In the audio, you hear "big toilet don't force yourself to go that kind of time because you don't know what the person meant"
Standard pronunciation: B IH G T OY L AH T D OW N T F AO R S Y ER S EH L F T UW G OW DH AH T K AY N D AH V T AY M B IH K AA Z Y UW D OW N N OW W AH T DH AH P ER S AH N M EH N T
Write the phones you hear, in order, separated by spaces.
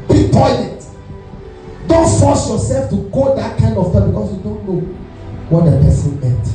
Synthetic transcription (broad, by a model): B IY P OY N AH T D OW N T F AO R S Y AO S EH L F T UW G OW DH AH T K AY N D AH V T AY B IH K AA S Y UW D OW N N OW W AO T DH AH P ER S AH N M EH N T